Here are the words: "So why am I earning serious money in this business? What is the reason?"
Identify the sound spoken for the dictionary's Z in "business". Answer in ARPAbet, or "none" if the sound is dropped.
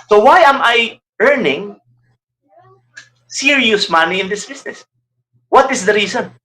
S